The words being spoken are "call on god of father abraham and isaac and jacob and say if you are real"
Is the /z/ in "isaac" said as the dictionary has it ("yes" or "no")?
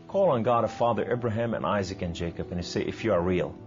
yes